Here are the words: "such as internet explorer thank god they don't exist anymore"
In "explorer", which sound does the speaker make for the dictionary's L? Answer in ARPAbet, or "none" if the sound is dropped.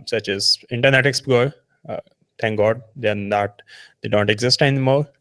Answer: none